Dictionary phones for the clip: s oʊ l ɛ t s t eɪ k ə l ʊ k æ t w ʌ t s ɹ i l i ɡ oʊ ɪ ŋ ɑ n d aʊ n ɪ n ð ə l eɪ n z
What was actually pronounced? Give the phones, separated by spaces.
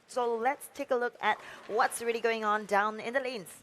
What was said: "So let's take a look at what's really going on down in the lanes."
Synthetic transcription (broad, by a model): s oʊ l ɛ t s t eɪ k ə l ʊ k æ t w ʌ t s ɹ i l i ɡ oʊ ɪ ŋ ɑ n d aʊ n ɪ n ð ə l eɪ n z